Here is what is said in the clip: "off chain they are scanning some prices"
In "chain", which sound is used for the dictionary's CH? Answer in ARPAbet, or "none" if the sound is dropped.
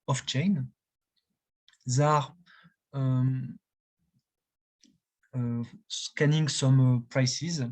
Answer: CH